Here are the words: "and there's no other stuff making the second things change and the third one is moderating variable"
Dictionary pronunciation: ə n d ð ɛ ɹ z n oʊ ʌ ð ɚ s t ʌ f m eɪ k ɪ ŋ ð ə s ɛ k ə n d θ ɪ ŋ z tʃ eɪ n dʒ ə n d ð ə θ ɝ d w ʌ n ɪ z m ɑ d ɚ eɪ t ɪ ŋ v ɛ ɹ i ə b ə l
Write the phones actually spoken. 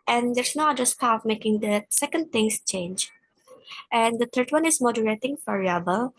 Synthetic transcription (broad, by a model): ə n d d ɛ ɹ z n oʊ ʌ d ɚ s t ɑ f m eɪ k ɪ ŋ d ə s ɛ k ə n d t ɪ ŋ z tʃ eɪ n dʒ ə n d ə t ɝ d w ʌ n ɪ z m ɑ d ɚ eɪ t ɪ ŋ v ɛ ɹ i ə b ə l